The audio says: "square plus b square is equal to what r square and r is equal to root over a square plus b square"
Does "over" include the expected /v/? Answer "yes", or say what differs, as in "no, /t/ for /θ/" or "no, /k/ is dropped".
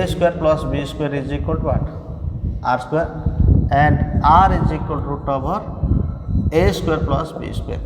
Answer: no, /b/ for /v/